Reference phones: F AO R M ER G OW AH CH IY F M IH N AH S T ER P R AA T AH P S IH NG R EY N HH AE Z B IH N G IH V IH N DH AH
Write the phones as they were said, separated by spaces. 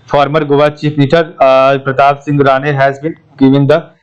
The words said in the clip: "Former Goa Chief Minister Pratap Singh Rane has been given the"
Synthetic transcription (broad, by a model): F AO R M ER G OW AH CH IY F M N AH T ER P R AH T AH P S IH NG R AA N HH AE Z B IH N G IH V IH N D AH